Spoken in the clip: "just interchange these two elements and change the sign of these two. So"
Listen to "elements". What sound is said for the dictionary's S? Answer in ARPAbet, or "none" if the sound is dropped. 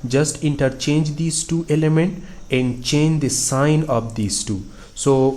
none